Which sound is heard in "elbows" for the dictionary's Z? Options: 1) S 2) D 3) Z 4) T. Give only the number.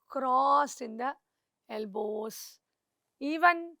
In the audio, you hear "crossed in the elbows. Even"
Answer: 1